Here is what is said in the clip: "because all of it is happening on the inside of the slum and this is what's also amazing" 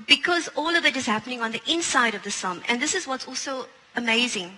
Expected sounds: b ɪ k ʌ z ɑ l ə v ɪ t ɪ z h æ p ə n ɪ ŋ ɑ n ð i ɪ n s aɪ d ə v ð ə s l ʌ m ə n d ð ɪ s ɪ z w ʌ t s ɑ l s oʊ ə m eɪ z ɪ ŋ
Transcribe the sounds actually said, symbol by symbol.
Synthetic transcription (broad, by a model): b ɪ k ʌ z ɑ l ə v ɪ t ɪ z h æ p ə n ɪ ŋ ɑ n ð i ɪ n s aɪ d ə v ð ə s ʌ m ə n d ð ɪ s ɪ z w ʌ t s ɑ l s oʊ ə m eɪ z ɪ ŋ